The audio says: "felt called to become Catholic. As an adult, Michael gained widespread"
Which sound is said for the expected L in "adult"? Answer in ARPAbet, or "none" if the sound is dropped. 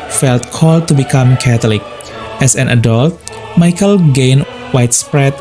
L